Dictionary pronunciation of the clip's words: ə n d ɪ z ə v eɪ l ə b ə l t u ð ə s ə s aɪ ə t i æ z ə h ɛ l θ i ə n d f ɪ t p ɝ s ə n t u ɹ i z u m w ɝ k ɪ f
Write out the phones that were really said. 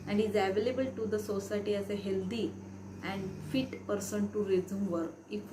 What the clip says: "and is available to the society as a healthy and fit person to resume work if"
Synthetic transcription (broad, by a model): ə n d ɪ z ə v eɪ l ə b ə l t u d ə s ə s aɪ t i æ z ə h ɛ l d i ə n d f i t p ɝ s ə n t u ɹ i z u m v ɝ ɪ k